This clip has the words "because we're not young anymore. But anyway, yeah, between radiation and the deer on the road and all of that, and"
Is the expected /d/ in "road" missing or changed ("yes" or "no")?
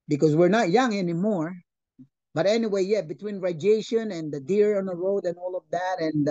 no